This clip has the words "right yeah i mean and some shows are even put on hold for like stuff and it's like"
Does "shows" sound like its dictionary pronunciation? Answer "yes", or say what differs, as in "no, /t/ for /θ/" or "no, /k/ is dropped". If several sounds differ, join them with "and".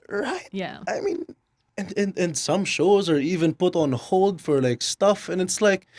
yes